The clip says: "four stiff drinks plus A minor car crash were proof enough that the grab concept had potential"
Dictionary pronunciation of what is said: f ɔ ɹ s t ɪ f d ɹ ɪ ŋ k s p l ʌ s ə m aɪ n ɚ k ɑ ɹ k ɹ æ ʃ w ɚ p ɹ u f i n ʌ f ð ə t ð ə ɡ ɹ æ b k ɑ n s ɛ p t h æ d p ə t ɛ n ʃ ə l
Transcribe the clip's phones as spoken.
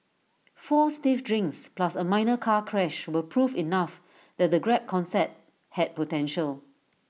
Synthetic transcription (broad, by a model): f ɔ s t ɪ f d ɹ ɪ ŋ k s p l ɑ s ə m aɪ n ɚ k ɑ k ɹ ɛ ʃ w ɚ p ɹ u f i n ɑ f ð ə t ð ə ɡ ɹ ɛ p k ɑ n s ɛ t h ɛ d p ə t ɛ n ʃ ə l